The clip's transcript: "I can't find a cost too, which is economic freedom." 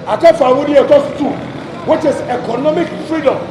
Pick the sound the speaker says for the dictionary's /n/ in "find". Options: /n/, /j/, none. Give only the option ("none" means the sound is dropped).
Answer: none